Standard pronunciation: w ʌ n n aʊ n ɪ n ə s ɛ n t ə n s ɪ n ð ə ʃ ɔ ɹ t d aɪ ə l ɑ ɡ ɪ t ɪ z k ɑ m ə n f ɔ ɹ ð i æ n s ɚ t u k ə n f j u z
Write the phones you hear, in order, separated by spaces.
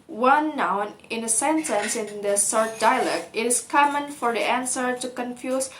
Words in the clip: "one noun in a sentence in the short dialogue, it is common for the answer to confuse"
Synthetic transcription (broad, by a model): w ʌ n n aʊ n ɪ n ə s ɛ n t ə n s ɪ n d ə s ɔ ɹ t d aɪ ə l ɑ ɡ ɪ t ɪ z k ɑ m ə n f ɔ ɹ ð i æ n s ɚ t u k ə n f j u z